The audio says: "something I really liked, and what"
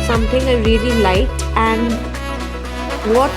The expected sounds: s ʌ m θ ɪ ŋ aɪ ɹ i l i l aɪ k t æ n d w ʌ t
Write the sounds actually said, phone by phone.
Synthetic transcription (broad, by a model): s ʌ m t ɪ ŋ aɪ ɹ i l i l aɪ t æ n d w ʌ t